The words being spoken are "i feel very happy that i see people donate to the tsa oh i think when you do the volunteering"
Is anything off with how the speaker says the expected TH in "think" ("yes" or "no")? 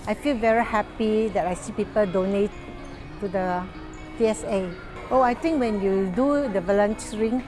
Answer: yes